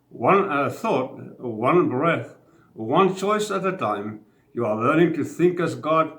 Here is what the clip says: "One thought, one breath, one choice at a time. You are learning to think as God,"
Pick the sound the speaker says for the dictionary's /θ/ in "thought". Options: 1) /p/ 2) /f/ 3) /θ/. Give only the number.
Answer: 3